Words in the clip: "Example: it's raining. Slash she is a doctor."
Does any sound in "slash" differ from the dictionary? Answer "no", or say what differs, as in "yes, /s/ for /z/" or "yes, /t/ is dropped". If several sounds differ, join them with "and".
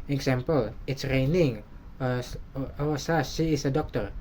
yes, /l/ is dropped